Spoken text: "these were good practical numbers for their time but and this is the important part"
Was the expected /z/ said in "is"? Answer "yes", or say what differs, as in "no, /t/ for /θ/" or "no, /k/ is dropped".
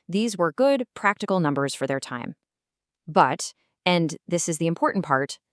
yes